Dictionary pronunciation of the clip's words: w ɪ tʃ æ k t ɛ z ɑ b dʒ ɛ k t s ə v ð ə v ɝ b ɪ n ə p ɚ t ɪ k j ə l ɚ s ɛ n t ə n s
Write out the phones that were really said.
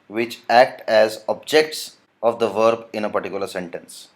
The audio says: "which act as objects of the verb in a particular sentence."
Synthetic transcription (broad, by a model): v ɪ tʃ æ k t ɛ z ɑ b dʒ ɛ k t s ə v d ə v ɝ b ɪ n ə p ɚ t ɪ k j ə l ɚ s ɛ n t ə n s